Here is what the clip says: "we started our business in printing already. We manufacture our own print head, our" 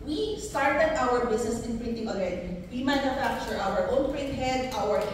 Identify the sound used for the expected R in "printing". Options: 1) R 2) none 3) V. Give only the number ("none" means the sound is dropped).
1